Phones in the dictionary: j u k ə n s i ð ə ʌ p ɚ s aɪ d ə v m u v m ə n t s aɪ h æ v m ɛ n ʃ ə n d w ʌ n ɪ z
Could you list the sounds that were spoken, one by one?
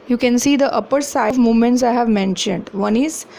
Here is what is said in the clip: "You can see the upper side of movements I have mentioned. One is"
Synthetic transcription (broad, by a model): j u k ə n s i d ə ʌ p ɚ s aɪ ə v m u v m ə n t s aɪ h æ v m ɛ n ʃ ə n d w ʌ n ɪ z